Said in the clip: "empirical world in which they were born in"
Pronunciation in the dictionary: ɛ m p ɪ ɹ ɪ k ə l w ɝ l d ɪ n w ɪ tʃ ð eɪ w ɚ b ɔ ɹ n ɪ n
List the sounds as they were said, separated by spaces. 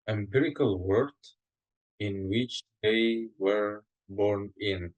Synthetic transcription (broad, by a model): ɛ m p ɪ ɹ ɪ k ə l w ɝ d ɪ n w ɪ tʃ ð eɪ w ɚ b ɔ ɹ n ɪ n